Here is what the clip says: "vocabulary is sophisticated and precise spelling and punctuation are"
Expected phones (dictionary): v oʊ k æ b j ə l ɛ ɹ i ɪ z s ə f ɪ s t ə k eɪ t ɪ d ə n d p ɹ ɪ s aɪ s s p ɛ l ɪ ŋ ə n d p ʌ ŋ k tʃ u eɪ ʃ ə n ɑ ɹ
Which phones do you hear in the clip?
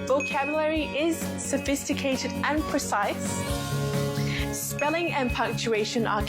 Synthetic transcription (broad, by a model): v oʊ k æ b j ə l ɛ ɹ i ɪ z s ə f ɪ s t ə k eɪ t ɪ d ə n p ɹ ɪ s aɪ s s p ɛ l ɪ ŋ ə n p ʌ ŋ k tʃ u eɪ ʃ ə n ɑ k